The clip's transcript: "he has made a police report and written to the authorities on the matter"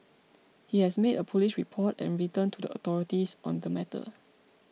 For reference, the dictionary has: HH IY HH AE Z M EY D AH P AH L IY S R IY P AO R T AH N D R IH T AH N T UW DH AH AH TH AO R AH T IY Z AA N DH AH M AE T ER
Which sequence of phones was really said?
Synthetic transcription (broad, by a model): HH IY HH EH S M EY D AH P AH L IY SH R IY P AO T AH N R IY T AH N T UW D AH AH T AO R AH T IY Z AA N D AH M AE T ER